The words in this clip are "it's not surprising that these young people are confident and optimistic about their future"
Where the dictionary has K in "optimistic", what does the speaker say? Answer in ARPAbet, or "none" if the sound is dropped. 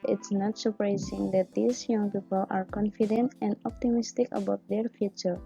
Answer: K